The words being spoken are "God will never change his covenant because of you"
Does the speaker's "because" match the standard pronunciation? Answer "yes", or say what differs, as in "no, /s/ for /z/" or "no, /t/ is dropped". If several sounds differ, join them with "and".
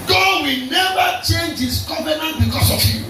no, /s/ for /z/